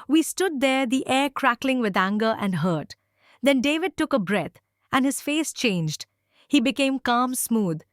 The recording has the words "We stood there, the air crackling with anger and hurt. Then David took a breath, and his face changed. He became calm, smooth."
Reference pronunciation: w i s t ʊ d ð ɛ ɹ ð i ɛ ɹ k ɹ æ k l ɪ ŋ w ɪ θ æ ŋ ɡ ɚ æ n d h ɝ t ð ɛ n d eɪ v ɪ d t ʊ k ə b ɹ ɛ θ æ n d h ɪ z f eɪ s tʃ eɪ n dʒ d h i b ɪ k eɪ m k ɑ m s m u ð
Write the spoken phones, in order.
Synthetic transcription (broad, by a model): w i s t ʊ d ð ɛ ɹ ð i ɛ ɹ k ɹ æ k l ɪ ŋ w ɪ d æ ŋ ɡ ɚ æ n d h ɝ t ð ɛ n d eɪ v ɪ d t ʊ k ə b ɹ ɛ t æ n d h ɪ z f eɪ s tʃ eɪ n dʒ d h i b ɪ k eɪ m k ɑ m s m u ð